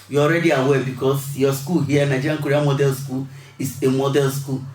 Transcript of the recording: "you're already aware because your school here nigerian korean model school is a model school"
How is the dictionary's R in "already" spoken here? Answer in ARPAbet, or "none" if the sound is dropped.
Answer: R